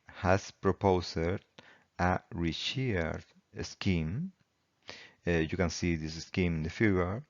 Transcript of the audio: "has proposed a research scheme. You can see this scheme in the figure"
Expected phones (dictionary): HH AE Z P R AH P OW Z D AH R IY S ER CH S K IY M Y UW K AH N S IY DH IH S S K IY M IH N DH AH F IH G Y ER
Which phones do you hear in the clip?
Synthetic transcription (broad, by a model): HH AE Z P R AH P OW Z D AH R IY SH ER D S K IY M Y UW K AH N S IY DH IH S S K IY M IH N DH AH F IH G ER